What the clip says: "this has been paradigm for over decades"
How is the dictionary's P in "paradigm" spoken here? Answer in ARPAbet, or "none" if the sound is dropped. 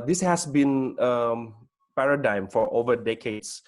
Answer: P